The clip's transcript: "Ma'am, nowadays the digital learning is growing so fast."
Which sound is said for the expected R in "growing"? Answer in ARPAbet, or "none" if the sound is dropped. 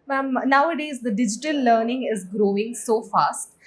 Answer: R